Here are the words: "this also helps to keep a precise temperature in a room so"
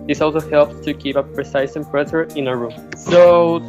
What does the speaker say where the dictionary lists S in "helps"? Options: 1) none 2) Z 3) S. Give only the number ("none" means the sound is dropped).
1